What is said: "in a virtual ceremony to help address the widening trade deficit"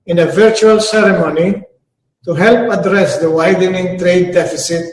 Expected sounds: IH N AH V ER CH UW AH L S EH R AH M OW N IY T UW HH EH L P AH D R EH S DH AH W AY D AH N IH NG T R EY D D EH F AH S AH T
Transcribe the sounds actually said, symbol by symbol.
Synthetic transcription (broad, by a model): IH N AH V ER CH UW AH L S EH R AH M OW N IY T UW HH EH L P AH D R EH S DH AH W AY D AH N IH NG T R EY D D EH F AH S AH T